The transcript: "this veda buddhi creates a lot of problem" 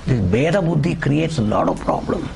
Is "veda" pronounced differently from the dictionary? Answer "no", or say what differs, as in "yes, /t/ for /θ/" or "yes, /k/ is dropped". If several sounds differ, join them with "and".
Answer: yes, /b/ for /v/